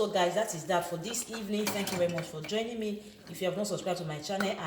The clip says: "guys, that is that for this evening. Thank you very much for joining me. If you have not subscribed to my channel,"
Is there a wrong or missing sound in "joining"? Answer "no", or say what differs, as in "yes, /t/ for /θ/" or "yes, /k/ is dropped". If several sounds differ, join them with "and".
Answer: no